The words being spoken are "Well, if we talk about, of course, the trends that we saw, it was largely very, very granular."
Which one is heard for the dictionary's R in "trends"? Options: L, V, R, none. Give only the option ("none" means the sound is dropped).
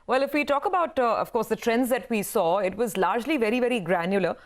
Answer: R